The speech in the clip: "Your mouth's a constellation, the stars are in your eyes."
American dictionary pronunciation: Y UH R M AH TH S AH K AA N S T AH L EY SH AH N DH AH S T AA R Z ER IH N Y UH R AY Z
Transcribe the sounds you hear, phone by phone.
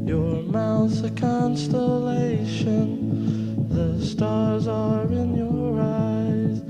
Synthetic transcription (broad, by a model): Y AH R M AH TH AH K AA N S T AH L EY SH AH N DH AH S T AA R Z ER IH N Y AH R AY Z